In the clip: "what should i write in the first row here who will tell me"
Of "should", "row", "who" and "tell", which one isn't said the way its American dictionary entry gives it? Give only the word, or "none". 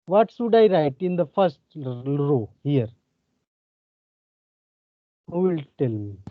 should